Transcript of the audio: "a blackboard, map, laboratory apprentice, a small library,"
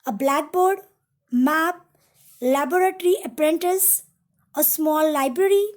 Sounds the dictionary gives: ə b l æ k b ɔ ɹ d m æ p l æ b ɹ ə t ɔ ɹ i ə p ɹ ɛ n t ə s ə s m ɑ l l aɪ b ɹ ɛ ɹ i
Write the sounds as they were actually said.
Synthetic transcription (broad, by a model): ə b l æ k b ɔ ɹ d m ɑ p l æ b ɹ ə t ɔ ɹ i ə p ɹ ɛ n t ə s ə s m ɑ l l aɪ b ɹ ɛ ɹ i